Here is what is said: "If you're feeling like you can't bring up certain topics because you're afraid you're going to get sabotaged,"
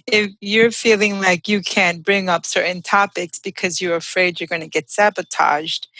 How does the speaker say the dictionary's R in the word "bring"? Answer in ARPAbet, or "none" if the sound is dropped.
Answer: R